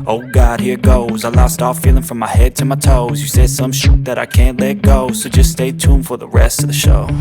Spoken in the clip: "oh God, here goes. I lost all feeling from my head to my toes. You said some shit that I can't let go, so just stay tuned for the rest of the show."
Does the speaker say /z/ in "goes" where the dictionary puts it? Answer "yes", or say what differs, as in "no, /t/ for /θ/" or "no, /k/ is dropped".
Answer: yes